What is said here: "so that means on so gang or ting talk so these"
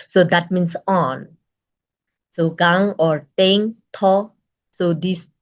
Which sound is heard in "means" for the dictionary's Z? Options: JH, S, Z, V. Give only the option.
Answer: S